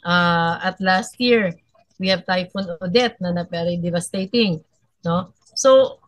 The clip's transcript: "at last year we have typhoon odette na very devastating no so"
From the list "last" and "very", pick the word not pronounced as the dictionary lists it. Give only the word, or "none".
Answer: very